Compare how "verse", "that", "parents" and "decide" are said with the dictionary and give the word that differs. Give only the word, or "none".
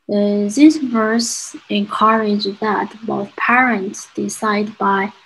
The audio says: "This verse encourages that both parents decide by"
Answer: none